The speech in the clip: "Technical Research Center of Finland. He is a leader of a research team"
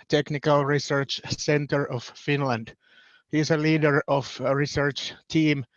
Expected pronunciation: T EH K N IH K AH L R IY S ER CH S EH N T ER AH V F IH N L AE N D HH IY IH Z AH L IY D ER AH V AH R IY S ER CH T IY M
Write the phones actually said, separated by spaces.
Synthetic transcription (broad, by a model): T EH K N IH K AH L R IY S ER CH S EH N T ER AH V F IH N L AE N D HH IY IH S AH L IY D ER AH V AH R IY S ER CH T IY M